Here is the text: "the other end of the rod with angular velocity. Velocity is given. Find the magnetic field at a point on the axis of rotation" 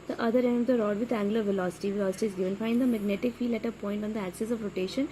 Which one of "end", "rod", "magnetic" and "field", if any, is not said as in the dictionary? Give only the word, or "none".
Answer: field